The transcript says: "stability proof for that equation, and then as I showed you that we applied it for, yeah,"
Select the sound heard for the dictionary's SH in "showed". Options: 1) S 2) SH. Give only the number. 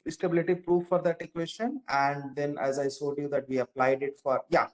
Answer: 1